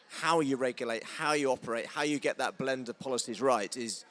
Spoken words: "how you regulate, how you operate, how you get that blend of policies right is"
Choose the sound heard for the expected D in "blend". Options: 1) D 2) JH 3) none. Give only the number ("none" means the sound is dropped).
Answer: 1